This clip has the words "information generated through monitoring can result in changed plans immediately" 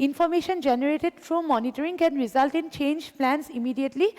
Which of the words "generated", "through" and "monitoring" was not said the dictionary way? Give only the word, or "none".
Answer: through